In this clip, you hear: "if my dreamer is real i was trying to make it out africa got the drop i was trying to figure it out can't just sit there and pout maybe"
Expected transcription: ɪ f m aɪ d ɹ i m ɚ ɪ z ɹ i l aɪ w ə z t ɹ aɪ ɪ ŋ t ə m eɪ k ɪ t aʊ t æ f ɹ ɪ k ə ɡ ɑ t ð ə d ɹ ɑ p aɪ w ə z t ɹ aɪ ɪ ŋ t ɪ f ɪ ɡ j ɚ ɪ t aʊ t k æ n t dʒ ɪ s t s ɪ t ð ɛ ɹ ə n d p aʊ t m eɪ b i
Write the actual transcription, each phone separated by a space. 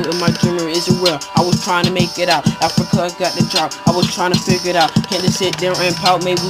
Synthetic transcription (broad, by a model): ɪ m aɪ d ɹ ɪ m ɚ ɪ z w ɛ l aɪ w ə z t ɹ aɪ ɪ ŋ t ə m eɪ k ɪ t aʊ t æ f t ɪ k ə ɡ ɑ t ð ə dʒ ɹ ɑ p aɪ w ə z t ɹ aɪ ɪ ŋ t ɪ f ɪ ɡ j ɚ ɪ t aʊ t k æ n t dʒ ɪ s s ɪ t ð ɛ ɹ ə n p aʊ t m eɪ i